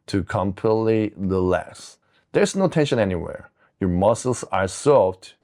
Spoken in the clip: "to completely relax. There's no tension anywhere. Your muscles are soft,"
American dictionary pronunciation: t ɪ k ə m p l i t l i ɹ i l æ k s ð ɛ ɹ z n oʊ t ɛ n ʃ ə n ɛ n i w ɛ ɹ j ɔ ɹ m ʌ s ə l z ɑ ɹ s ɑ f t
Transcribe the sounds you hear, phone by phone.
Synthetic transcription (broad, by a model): t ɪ k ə m p l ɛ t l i l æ s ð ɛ ɹ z n oʊ t ɛ n ʃ ə n ɛ n i w ɛ ɹ j ɔ ɹ m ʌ s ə l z ɑ ɹ s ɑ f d